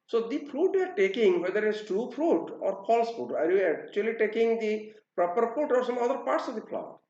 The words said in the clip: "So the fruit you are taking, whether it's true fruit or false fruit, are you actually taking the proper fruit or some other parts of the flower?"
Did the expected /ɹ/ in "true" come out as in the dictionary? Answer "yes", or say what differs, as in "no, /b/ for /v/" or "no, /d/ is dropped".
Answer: no, /ɹ/ is dropped